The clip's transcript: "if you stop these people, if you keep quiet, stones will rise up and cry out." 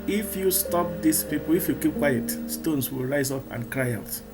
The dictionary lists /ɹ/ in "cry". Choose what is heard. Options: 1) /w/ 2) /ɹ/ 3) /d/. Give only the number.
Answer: 2